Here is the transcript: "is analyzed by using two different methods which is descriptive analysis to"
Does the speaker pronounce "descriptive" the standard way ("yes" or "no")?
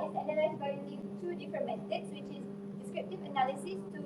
yes